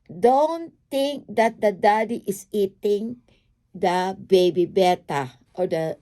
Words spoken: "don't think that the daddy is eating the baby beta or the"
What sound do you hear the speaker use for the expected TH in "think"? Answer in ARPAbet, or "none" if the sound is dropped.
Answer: T